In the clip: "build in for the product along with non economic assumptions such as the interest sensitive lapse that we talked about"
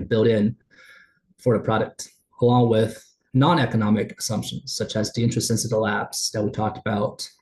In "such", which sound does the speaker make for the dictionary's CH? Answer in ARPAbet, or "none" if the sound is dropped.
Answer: CH